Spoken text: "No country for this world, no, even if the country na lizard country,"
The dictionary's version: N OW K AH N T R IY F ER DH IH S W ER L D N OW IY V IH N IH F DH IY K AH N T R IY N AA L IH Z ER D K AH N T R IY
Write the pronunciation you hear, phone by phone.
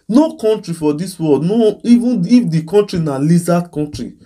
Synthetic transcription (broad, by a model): N OW K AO N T R IY F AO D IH S W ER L D N OW IY V IH N IH F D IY K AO N T R IY N AA L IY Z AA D K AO N T R IY